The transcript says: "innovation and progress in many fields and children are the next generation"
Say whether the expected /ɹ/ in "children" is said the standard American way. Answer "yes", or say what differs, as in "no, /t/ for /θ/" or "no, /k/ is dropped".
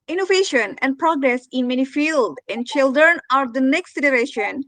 yes